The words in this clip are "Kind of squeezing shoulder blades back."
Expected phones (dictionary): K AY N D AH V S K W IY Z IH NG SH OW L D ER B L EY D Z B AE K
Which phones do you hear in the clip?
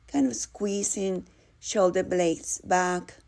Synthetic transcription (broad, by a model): K AY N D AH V S K W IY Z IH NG SH OW L D ER B L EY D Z B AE K